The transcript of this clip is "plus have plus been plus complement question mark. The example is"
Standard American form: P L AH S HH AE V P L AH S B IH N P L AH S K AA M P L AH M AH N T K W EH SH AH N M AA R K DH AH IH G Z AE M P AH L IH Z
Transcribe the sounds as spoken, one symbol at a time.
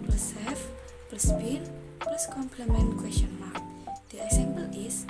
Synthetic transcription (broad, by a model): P L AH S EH F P L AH S B IH N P L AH S K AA M P L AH M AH N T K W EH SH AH N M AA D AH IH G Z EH M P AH L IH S